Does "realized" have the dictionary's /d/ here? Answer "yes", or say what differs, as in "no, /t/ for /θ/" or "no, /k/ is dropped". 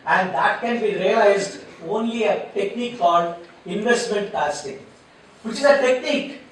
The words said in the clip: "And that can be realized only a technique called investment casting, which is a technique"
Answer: yes